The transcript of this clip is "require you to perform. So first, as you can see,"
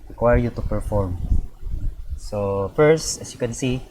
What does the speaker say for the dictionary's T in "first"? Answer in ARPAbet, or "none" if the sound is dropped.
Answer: T